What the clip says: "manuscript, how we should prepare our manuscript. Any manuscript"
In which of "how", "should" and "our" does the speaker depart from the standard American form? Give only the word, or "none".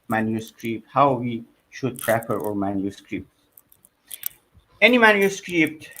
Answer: none